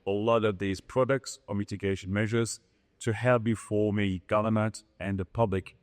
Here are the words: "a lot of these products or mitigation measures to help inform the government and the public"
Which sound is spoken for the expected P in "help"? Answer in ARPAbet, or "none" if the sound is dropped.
B